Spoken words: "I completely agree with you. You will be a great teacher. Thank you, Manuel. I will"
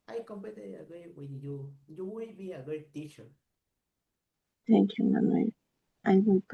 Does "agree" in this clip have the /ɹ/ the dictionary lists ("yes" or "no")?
no